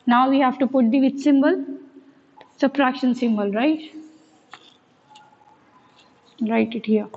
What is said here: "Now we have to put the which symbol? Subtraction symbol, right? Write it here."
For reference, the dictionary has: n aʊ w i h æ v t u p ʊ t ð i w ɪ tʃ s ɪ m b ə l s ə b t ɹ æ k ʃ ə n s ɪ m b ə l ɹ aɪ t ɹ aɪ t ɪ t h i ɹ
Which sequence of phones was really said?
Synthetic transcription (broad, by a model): n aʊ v i h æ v t u p ʊ t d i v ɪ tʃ s ɪ m b ə l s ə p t ɹ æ k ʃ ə n s ɪ m b ə l ɹ aɪ t ɹ aɪ t ɪ t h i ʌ